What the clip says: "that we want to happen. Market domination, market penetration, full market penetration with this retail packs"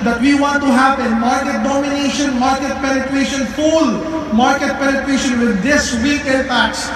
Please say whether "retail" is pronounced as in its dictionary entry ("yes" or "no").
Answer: no